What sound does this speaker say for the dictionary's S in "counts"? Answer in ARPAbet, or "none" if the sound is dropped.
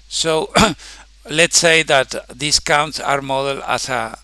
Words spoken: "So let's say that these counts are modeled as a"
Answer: S